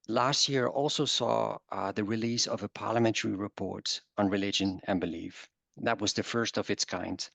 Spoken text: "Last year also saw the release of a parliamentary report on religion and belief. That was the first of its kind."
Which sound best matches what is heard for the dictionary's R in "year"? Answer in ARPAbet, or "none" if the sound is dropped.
R